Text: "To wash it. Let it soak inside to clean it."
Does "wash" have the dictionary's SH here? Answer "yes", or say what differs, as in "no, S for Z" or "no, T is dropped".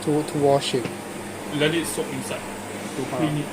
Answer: yes